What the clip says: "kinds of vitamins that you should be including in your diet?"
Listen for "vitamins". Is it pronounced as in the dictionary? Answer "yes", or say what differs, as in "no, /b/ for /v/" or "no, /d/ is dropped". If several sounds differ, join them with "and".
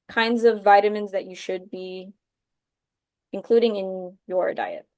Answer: yes